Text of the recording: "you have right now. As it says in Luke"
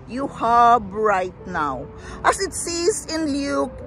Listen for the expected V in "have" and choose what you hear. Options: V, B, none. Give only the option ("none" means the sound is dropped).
B